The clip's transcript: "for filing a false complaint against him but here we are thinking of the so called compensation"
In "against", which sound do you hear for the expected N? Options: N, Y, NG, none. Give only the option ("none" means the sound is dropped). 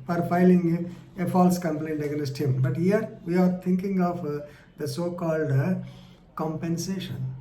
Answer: none